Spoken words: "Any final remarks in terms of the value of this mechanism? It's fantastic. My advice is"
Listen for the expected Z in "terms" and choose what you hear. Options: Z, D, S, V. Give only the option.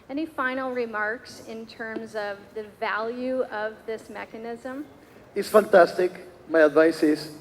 Z